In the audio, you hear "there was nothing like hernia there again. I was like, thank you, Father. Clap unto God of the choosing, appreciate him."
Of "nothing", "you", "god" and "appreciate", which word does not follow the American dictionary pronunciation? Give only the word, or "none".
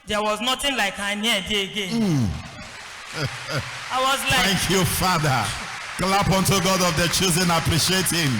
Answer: nothing